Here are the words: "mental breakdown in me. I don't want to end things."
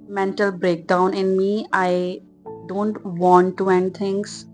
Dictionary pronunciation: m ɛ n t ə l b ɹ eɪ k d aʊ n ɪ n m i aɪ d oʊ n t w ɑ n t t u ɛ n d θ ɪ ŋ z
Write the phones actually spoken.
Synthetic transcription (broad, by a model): m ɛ n t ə l b ɹ eɪ k d aʊ n ɪ n m i aɪ d oʊ n t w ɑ n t t u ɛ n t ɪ ŋ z